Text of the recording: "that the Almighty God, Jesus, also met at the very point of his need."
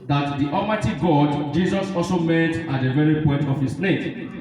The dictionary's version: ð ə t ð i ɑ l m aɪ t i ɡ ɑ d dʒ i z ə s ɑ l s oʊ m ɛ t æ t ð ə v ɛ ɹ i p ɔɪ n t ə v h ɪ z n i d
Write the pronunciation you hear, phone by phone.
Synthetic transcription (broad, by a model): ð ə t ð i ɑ m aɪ t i ɡ ɑ d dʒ i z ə s ɑ l s oʊ m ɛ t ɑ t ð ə v ɛ ɹ i p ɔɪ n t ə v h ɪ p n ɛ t